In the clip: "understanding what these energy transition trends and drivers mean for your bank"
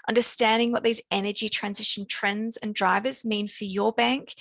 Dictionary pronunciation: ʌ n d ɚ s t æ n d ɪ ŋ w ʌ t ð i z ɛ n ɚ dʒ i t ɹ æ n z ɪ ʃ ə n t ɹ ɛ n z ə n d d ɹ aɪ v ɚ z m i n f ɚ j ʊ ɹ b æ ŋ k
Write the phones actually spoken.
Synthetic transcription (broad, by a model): ʌ n d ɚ s t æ n d ɪ ŋ w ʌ t ð i z ɛ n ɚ dʒ i t ɹ æ n z ɪ ʃ ə n t ɹ ɛ n z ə n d d ɹ aɪ v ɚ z m i n f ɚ j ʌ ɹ b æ ŋ k